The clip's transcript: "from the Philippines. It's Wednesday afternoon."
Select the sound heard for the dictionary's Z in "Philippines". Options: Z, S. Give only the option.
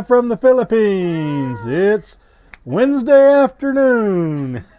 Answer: Z